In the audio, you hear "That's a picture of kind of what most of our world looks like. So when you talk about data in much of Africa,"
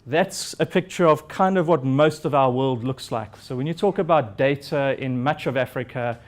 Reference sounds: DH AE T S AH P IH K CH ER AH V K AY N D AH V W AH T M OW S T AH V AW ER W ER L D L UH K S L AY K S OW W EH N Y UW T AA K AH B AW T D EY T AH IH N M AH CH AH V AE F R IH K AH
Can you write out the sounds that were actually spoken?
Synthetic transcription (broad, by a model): DH AE T S AH P IH K CH ER AH V K AY N D AH V W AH T M OW S T AH V AW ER W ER L D L UH K S L AY K S OW W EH N Y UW T AA K AH B AW T D EY T AH IH N M AH CH AH V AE F R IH K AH